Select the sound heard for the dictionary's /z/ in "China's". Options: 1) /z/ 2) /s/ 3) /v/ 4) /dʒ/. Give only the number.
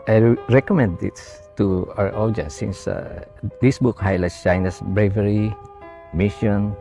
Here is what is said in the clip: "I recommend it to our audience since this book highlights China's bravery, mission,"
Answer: 2